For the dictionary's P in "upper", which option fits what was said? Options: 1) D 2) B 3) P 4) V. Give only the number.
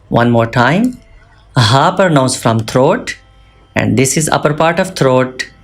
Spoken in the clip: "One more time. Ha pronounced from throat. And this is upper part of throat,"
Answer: 3